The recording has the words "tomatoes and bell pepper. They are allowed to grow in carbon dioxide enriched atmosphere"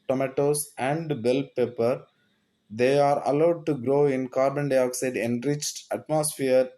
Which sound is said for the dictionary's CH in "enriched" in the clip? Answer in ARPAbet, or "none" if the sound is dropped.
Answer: CH